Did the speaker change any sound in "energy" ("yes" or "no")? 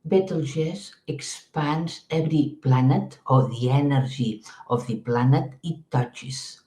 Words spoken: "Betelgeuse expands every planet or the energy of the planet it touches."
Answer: yes